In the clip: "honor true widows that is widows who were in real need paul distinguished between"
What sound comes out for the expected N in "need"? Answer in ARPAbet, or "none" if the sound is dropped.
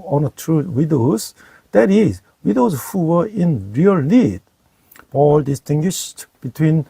L